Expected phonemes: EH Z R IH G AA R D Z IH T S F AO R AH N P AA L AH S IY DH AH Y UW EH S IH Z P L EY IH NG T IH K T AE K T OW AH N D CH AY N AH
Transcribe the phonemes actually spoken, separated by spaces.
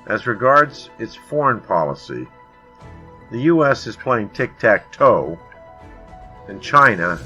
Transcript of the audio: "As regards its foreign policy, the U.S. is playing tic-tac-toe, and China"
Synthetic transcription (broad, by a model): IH Z R IH G AA R D Z IH T S F AO R AH N P AA L AH S IY DH AH Y UW EH S IH Z P L EY IH NG T IH K T AE K T OW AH N CH AY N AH